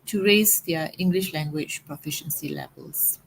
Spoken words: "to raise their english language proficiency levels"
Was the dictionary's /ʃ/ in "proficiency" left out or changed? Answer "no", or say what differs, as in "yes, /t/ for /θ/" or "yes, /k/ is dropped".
no